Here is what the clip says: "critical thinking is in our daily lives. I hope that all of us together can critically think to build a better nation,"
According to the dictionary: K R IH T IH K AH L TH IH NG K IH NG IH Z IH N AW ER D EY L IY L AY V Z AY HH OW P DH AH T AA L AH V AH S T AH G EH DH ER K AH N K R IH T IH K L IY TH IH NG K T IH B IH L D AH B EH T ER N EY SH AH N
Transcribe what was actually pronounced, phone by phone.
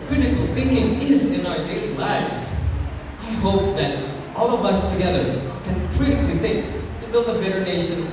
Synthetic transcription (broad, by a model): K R IH T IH K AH L TH IH NG K IH NG IH Z IH N AW ER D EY IY L AY V Z AY HH OW P DH AH T AA L AH V AH S T AH G EH DH ER K AH N K R IH T IH K L IY TH IH NG K T IH B IH L D AH B EH T ER N EY SH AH N